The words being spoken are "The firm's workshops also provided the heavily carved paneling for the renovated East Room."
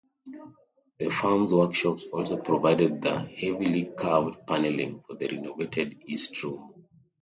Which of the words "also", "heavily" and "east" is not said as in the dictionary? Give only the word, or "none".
none